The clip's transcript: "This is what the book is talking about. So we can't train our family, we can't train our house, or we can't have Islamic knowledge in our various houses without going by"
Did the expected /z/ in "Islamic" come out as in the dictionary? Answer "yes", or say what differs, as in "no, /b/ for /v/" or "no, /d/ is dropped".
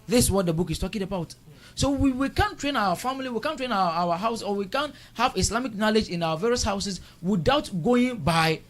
no, /s/ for /z/